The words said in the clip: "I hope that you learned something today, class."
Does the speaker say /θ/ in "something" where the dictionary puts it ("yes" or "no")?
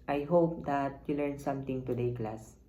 no